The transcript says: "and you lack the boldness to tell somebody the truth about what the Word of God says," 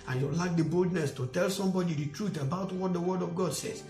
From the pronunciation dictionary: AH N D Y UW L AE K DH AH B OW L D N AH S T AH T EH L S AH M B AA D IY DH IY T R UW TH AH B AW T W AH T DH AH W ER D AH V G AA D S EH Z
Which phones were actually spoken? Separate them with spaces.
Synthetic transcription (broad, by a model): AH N Y UW L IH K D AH B OW L D N AH S T AH T EH L S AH M B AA D IY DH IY T R UW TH AH B AW T W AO T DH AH W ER D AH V G AA D S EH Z